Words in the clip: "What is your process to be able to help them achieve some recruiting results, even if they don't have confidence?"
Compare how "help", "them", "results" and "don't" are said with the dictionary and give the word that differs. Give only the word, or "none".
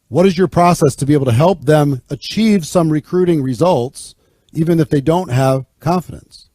none